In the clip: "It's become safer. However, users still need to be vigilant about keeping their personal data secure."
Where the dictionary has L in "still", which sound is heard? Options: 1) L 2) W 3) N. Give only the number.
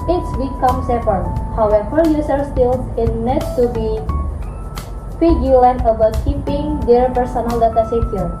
3